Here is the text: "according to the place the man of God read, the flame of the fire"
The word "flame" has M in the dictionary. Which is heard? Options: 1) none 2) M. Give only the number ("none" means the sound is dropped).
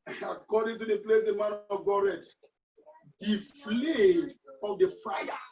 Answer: 1